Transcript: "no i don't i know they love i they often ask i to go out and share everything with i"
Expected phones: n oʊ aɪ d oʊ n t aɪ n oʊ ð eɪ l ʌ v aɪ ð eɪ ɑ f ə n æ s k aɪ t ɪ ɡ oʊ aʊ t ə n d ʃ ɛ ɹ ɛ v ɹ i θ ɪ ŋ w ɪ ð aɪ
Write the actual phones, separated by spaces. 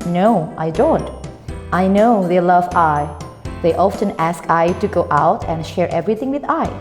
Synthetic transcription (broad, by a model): n oʊ aɪ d oʊ n t aɪ n oʊ ð eɪ l ʌ v aɪ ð eɪ ɑ f ə n æ s k aɪ t ɪ ɡ oʊ aʊ t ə n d ʃ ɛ ɹ ɛ v ɹ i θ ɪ ŋ w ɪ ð aɪ